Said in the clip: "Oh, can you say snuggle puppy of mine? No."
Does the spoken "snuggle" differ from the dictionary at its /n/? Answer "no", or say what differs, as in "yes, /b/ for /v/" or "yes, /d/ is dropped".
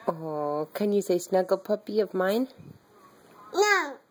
no